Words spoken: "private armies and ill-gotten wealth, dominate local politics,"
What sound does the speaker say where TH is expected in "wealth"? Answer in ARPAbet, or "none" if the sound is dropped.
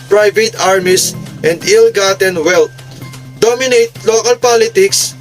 T